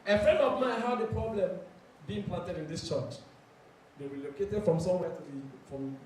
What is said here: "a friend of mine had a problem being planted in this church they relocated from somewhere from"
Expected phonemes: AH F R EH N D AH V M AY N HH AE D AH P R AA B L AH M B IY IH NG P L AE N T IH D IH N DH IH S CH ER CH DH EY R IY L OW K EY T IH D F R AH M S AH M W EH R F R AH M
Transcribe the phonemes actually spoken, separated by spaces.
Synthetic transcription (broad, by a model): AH F R EH N D AH V M AY N HH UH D AH P R AA B L AH M B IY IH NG P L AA N T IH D IH N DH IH S CH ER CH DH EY W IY L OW K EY T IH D F R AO M S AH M W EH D F R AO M